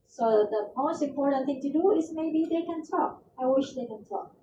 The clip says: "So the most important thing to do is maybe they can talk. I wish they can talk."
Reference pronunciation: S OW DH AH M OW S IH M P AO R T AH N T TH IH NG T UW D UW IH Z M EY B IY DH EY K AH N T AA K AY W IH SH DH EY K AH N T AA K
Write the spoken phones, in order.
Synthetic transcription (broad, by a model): S OW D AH M OW S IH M P AO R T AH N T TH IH NG T UW D UW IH S M EY B IY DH EY K AH N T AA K AY W IH SH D EY K AH N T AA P